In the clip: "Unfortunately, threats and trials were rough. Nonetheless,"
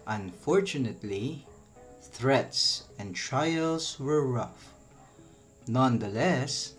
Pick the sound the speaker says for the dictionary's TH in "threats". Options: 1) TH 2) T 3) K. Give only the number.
1